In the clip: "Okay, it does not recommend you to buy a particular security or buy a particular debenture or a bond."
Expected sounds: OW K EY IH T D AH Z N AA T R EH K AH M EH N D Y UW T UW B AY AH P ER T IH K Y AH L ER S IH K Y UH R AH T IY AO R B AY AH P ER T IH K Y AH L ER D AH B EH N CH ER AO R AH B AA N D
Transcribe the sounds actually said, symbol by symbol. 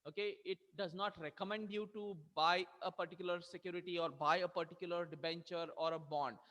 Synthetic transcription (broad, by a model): OW K EY IH T D AH Z N AA T R EH K AH M EH N D Y UW T UW B AY AH P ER T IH K Y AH L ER S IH K Y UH R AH T IY AO R B AY AH P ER T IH K Y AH L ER D AH B EH N CH ER AO R AH B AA N D